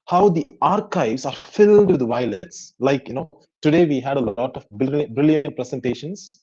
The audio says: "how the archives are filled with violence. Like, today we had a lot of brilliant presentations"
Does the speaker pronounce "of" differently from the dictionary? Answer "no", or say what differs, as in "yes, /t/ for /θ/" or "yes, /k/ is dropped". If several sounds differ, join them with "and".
yes, /b/ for /v/